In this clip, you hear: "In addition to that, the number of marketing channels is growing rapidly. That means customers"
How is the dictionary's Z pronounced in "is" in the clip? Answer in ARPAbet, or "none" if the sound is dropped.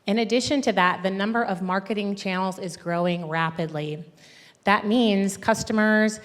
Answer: Z